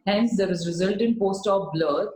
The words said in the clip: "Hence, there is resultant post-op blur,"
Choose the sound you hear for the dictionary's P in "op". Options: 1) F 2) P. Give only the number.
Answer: 1